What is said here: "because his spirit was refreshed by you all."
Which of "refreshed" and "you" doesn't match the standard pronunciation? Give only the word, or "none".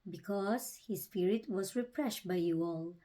refreshed